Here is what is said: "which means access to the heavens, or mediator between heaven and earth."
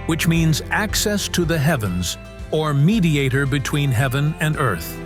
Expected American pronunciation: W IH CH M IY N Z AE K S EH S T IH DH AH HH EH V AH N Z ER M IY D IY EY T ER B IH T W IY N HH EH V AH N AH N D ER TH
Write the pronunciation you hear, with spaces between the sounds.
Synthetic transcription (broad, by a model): W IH CH M IY N Z AE K S EH S T IH DH AH HH EH V AH N Z ER M IY D IY EY T ER B IH T W IY N HH EH V AH N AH N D ER TH